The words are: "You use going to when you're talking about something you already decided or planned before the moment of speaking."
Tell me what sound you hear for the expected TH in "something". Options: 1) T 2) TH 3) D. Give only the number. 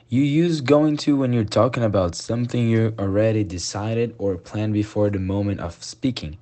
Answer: 2